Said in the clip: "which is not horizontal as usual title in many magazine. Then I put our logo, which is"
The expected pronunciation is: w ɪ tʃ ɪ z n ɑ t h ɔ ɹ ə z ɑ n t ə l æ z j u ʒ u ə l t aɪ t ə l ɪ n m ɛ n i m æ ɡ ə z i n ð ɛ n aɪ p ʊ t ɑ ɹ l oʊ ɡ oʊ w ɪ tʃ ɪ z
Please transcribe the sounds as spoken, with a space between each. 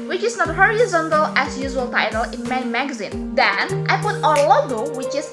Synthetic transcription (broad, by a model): w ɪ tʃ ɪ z n ɑ t h ɔ ɹ ə z ɑ n t ə l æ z j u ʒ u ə l t aɪ t ə l ɪ n m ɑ i m æ ɡ ə z i n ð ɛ n aɪ p ʊ t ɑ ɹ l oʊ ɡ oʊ w ɪ tʃ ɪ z